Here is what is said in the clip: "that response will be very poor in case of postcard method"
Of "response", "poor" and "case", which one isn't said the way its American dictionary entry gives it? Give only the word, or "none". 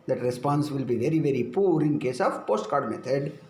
none